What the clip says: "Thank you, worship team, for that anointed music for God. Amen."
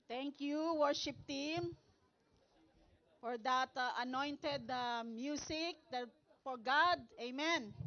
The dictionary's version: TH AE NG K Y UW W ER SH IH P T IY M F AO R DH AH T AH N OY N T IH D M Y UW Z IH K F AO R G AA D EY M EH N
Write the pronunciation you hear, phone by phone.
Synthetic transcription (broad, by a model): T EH NG K Y UW W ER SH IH P T IY M F AO R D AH T AH N OY N T IH D M Y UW S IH K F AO R G AA D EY M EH N